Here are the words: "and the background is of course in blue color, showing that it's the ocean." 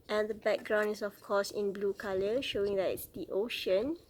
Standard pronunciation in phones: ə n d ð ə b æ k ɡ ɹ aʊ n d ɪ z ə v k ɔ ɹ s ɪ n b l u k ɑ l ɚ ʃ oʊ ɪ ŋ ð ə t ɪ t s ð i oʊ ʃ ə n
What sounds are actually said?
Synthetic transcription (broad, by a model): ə n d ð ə b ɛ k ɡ ɹ aʊ n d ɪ s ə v k ɔ s ɪ n b l u k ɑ l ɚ ʃ oʊ ɪ ŋ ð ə t ɪ t s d i oʊ ʃ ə n